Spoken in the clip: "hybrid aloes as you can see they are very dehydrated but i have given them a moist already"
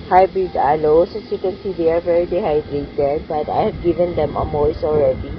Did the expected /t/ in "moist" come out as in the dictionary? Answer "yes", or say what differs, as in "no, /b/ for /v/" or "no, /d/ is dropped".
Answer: no, /t/ is dropped